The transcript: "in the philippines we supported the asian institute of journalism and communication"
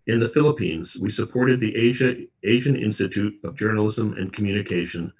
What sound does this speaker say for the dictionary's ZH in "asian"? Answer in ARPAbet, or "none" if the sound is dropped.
ZH